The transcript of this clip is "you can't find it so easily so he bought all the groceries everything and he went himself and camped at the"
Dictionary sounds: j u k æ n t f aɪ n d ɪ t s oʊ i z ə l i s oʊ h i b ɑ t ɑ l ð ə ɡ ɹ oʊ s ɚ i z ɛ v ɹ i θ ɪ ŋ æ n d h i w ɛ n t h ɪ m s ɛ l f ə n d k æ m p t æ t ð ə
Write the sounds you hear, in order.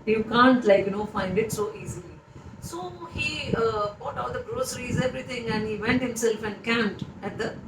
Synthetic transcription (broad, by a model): j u k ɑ n t f aɪ n d ɪ t s oʊ i z ə l i s oʊ h i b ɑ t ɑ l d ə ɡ ɹ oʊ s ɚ i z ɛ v ɹ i t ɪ ŋ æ n d h i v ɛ n t h ɪ m s ɛ l f ə n d k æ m t æ t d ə